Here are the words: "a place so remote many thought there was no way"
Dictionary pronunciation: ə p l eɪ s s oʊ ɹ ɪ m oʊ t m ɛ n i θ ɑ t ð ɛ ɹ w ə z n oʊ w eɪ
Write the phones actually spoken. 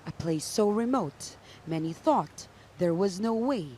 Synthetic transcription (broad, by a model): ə p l eɪ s s oʊ ɹ ɪ m oʊ t m ɛ n i θ ɑ t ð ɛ ɹ w ə z n oʊ w eɪ